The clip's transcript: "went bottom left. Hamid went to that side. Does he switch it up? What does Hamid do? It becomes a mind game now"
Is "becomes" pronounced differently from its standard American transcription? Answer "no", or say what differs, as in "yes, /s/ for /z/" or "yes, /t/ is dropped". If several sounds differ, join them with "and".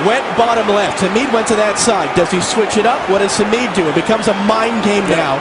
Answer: no